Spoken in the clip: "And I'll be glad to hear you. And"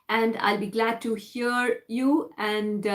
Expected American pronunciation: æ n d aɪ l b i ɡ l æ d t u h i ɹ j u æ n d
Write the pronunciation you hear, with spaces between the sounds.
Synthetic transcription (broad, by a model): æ n d aɪ l b i ɡ l æ d t u h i ɹ j u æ n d